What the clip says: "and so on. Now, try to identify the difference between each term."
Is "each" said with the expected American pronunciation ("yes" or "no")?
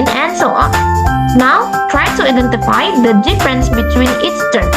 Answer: no